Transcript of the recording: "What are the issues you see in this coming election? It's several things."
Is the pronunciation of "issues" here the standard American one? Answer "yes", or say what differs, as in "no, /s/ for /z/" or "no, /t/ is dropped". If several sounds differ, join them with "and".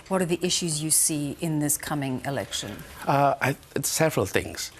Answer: yes